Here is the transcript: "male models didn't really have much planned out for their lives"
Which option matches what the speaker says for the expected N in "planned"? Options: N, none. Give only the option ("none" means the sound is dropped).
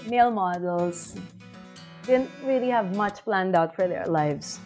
N